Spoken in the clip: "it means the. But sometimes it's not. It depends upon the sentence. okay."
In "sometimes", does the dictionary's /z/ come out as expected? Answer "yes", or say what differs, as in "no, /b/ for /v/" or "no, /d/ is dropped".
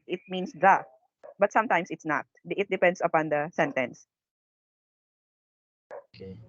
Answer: no, /s/ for /z/